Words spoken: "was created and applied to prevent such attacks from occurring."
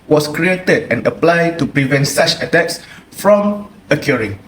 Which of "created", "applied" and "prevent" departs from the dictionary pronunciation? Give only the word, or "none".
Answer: none